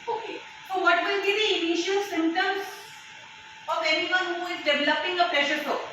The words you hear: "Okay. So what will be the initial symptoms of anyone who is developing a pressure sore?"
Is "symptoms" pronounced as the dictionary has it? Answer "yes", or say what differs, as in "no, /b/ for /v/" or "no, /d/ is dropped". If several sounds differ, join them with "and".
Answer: no, /p/ is dropped